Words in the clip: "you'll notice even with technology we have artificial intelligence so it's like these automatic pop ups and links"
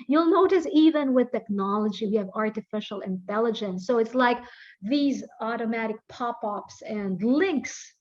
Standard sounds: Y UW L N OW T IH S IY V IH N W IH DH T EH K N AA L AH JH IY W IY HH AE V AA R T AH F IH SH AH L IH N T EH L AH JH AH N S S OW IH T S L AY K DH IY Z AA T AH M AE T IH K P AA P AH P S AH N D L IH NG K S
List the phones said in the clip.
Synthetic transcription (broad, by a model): Y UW L N OW T IH S IY V IH N W IH DH T EH K N AA L AH JH IY W IY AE V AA R T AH F IH SH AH L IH N T EH L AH JH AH N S S OW IH T S L AY K DH IY Z AA T AH M AE T IH K P AA P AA P S AH N D L IH NG K S